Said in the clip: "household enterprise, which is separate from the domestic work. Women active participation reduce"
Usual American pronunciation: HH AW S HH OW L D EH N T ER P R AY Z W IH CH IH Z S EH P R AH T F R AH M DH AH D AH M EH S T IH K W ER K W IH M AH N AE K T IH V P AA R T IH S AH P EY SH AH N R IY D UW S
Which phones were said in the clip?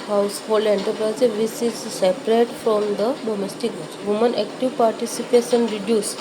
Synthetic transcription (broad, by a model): HH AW S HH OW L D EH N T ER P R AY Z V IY S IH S S EH P R AH T F R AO M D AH D AH M EH S T IH K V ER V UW M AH N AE K T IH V P AA R T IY S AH P EY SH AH N R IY D UW S